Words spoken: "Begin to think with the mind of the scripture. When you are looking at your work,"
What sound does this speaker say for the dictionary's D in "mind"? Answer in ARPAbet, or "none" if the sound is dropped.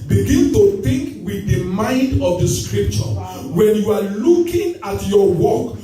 D